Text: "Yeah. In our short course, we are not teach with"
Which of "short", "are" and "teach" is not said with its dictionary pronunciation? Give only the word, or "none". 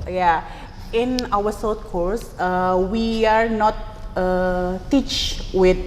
short